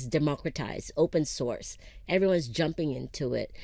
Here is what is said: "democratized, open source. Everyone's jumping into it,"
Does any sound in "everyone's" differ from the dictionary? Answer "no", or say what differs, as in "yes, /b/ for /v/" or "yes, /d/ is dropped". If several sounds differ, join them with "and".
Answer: no